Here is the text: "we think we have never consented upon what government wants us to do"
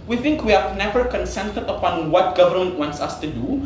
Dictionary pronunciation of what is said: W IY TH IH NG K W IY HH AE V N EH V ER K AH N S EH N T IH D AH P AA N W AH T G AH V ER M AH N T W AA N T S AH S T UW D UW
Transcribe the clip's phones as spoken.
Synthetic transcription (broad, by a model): W IY TH IH NG K W IY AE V N EH V ER K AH N S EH N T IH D AH P AA N W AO T G AH V ER M AH N T W AA N T S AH S T UW D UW